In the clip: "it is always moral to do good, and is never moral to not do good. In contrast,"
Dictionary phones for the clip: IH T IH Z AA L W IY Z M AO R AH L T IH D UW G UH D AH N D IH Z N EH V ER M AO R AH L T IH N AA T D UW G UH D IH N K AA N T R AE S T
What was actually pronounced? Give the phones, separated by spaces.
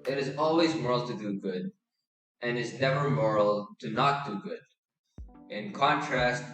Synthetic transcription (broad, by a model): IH T IH Z AA L W IY Z M AO R L T IH D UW G UH D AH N IH Z N EH V ER M AO R L T IH N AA T D UW G UH D IH N K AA N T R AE S T